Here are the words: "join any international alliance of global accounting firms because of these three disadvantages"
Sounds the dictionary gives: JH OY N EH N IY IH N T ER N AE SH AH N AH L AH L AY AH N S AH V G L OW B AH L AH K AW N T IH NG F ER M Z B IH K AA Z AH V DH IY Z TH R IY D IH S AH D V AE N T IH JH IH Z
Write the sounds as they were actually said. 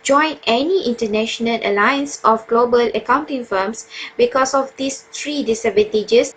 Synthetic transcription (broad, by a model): JH OY N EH N IY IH N T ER N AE SH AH N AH L AH L AY AH N S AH F G L OW B AH L AH K AW N T IH NG F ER M S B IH K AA S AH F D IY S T R IY D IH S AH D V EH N T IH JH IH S